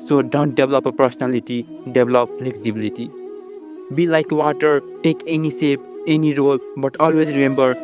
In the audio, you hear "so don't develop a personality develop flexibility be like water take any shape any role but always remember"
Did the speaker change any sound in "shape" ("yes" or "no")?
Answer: yes